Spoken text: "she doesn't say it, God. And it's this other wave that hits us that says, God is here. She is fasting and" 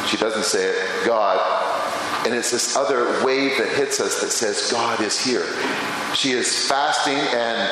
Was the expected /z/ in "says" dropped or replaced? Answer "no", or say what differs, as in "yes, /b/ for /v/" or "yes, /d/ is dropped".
no